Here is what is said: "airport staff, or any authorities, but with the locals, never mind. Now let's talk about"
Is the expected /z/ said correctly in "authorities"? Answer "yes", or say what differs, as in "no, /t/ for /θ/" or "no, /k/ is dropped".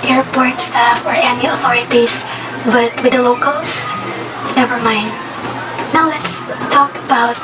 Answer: no, /s/ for /z/